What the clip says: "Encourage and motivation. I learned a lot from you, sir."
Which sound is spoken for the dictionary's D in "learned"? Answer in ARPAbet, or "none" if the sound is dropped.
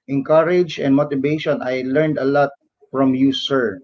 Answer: D